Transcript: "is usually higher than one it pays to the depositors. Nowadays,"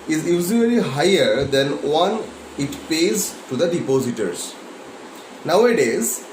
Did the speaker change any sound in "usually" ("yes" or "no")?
yes